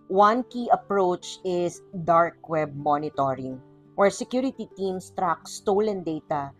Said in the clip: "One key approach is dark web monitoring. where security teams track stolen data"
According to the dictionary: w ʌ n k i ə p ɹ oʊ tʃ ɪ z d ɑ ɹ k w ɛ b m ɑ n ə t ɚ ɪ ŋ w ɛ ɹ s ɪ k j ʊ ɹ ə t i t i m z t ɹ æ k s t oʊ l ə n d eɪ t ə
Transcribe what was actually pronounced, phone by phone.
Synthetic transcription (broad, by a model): w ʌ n k i ə p ɹ oʊ tʃ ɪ s d ɑ ɹ k w ɛ b m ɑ n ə t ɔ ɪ ŋ w ɛ ɹ s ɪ k j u ɹ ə t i t i m s t ɹ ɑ k s t oʊ l ə n d eɪ t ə